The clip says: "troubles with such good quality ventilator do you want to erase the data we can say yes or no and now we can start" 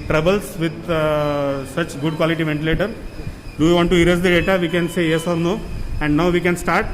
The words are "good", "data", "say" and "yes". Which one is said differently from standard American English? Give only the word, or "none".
none